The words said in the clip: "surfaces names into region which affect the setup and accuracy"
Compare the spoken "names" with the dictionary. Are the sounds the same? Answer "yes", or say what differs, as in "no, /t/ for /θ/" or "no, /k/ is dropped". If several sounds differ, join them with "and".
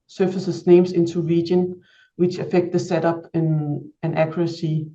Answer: no, /s/ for /z/